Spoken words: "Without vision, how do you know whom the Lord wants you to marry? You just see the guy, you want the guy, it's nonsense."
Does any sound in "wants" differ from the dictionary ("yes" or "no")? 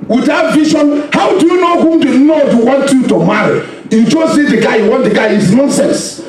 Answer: yes